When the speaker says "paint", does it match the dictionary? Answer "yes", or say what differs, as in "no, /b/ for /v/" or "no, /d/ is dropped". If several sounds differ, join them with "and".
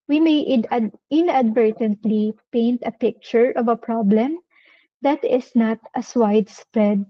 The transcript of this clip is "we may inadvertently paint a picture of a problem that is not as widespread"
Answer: yes